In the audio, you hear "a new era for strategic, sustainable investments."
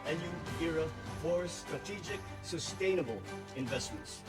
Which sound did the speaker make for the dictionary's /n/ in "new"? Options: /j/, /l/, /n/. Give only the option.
/l/